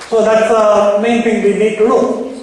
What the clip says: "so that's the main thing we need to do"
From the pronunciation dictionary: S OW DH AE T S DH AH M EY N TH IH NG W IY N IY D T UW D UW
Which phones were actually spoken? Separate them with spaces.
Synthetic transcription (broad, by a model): S OW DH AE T S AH M EY N T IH NG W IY N IY D T UW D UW